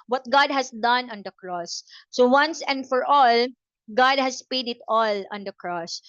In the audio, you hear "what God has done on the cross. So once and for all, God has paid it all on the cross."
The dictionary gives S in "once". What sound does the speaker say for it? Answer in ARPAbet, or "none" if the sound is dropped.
S